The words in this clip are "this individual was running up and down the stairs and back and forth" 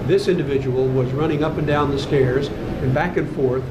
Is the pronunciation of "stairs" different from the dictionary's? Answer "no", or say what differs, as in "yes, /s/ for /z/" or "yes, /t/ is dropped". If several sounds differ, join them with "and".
no